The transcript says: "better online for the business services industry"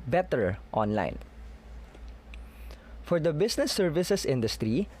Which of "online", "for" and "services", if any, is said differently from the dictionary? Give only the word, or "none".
services